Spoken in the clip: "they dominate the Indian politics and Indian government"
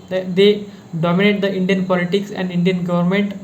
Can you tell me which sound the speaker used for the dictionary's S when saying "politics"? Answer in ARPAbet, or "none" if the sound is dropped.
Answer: S